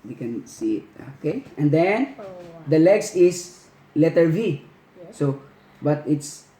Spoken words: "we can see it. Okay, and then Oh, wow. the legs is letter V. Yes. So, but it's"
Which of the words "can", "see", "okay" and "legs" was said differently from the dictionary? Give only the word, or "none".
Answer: legs